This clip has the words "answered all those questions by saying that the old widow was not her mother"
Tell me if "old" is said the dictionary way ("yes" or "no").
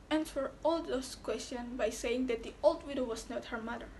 yes